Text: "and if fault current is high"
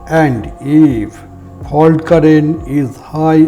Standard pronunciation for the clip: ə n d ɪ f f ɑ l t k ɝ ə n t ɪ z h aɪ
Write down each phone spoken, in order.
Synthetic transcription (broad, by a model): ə n d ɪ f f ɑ l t k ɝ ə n ɪ z h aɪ